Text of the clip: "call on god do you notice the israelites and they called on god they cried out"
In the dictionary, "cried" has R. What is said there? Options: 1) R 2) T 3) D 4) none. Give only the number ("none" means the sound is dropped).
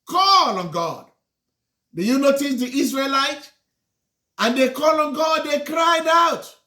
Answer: 1